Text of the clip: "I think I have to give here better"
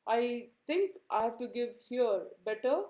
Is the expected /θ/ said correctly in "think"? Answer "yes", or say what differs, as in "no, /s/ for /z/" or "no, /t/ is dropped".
no, /t/ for /θ/